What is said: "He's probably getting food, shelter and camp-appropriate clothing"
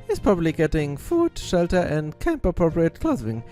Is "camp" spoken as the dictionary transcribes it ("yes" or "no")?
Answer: yes